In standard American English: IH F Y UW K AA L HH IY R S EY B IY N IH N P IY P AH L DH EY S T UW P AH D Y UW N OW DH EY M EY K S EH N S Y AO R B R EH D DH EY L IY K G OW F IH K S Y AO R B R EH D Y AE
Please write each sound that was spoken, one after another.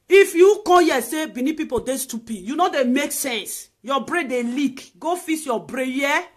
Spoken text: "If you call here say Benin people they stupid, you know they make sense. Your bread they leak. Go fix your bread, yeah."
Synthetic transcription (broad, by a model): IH F Y UW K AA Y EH S EY B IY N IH P IY P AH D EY S T UW P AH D Y UW N OW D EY M EY K S EH N S Y AO B R EH D EY L IY K G OW F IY S Y AO B R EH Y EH